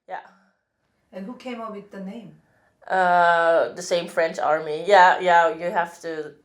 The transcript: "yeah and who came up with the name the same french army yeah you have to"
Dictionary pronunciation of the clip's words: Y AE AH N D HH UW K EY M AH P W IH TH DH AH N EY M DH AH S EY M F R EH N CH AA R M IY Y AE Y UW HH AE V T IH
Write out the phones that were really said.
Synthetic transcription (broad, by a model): Y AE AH N HH UW K EY M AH W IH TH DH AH N EY M DH AH S EY M F R EH N CH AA R M IY Y AE Y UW HH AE F T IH